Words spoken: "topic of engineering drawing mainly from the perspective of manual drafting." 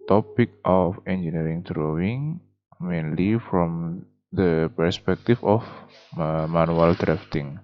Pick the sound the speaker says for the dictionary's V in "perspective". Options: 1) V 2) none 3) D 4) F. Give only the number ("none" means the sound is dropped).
4